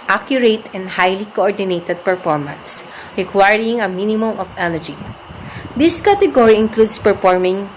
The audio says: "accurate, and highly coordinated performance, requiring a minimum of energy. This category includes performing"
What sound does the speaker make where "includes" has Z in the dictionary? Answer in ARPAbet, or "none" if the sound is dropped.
S